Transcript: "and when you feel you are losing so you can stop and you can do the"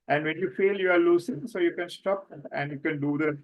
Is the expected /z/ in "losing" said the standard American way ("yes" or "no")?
no